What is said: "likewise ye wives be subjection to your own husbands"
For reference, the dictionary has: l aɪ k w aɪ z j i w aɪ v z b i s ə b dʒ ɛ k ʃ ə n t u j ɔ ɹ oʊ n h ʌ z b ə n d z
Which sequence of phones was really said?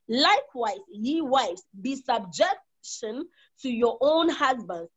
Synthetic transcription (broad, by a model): l aɪ k w aɪ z j i w aɪ z b i s ə b dʒ ɛ k ʃ ə n t u j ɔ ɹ oʊ n h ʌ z b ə n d